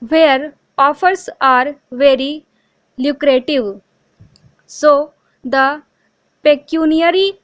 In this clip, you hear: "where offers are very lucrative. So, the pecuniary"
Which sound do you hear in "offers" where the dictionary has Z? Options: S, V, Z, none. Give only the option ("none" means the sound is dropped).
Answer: S